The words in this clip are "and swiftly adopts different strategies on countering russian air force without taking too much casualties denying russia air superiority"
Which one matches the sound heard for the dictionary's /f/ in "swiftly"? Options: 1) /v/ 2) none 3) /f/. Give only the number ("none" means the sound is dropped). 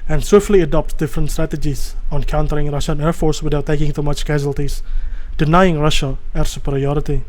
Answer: 3